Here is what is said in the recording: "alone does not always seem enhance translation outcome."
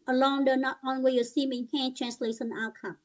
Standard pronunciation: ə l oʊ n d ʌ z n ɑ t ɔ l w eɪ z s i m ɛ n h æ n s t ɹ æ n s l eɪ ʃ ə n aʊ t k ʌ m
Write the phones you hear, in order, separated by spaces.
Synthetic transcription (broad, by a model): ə l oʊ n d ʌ n ɑ t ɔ n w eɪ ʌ s i m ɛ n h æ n t ɹ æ n s l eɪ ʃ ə n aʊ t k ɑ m